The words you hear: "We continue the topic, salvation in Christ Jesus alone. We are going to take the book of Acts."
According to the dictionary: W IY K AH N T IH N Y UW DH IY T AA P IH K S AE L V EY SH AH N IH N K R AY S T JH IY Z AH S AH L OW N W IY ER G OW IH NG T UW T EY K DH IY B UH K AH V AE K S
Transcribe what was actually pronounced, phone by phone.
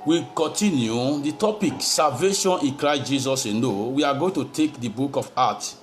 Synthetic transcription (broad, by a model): W IY K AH N T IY N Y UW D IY T AA P IH K S AE L V EY SH AH N IH N K R AY S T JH IY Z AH S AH N OW W IY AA G OW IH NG T UW T EY K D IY B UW K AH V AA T